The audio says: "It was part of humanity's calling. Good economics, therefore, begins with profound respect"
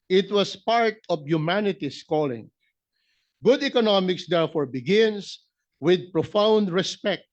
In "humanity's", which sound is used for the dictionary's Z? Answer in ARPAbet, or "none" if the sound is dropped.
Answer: S